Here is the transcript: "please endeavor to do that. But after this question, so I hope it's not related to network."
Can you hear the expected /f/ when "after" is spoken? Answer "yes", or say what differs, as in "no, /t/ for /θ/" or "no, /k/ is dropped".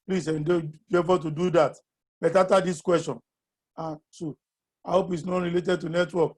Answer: no, /f/ is dropped